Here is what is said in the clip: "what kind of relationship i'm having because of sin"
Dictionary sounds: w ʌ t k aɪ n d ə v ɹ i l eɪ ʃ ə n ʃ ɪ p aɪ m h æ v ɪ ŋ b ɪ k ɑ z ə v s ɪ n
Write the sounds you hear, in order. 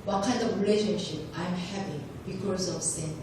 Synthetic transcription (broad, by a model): w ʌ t k aɪ n d ə v ɹ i l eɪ ʃ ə n ʃ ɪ p aɪ m h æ p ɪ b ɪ k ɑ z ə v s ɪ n